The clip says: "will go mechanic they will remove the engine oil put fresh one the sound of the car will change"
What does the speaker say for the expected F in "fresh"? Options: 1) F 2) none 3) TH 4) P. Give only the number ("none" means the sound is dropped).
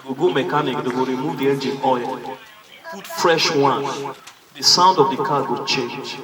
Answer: 1